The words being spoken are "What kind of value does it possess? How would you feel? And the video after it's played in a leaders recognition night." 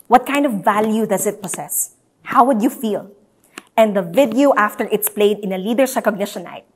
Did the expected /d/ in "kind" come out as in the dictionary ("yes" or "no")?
yes